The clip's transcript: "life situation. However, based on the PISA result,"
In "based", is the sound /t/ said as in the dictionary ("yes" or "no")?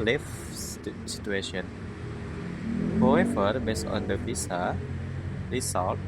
no